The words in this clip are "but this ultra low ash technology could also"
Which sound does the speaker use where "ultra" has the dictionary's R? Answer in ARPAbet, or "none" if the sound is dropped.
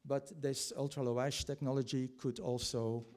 R